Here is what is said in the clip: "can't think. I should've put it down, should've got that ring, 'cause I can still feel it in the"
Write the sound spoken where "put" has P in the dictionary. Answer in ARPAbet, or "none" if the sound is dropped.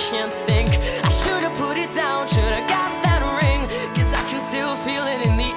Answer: P